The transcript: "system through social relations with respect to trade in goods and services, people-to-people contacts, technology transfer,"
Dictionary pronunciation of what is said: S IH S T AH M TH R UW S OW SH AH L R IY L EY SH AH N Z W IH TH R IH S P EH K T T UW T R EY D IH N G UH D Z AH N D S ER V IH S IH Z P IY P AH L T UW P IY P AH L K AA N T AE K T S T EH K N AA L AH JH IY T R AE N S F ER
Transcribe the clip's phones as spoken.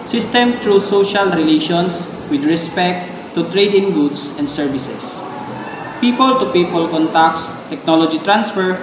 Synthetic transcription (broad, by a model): S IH S T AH M T R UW S OW SH AH L R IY L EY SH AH N S W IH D R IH S P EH K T T UW T R EY D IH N G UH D S AH N D S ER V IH S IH S P IY P AH L T UW P IY P AH L K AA N T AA K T S T EH K N AA L AH JH IY T R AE N S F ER